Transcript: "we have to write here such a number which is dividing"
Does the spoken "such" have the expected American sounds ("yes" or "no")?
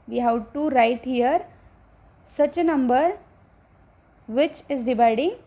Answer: yes